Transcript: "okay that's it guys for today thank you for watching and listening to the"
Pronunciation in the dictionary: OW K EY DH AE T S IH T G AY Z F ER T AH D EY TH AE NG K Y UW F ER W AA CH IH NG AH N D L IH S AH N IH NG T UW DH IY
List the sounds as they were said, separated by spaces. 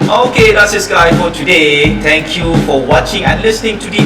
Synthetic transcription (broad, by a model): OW K EY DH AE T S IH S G AY F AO T AH D EY T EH NG K Y UW F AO W AA CH IH NG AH N L IH S AH N IH NG T UW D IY